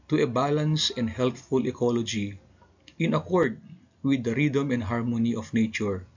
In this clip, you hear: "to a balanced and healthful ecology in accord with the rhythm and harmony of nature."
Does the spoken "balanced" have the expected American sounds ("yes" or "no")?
no